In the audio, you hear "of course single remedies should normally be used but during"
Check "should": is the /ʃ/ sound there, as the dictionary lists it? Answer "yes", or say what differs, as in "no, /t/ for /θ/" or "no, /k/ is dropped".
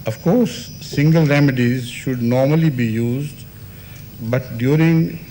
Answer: yes